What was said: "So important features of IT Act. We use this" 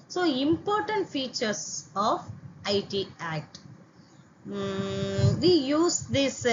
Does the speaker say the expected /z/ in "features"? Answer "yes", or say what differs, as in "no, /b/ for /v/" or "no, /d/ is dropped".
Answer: no, /s/ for /z/